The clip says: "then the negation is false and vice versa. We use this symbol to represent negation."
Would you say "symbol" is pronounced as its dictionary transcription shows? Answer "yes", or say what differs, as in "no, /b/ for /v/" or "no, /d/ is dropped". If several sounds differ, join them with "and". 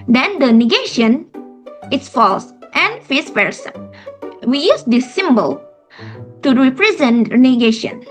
yes